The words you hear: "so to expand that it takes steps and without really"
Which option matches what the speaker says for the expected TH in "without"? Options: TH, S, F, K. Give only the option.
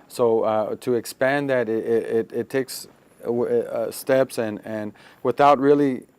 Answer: TH